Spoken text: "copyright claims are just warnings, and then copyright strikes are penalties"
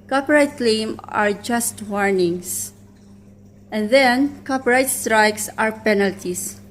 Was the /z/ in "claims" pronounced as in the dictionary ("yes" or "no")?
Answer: no